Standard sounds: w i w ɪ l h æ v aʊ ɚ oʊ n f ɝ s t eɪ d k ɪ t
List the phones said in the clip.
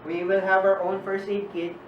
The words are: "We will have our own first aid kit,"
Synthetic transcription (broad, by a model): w i w ɪ l h æ v aʊ ɚ oʊ n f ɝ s eɪ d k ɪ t